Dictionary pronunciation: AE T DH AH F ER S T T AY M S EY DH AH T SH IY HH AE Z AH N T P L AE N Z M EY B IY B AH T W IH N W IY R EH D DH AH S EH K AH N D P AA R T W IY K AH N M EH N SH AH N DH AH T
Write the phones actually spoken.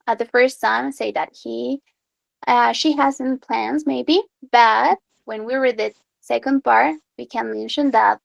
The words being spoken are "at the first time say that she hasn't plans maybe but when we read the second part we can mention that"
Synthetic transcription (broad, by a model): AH DH AH F ER S T S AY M S EY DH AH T SH IY HH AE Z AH N P L AE N Z M EY B IY B AH T W IH N W IY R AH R DH AH S EH K AH N D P AA R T W IY K AH N M EH N SH AH N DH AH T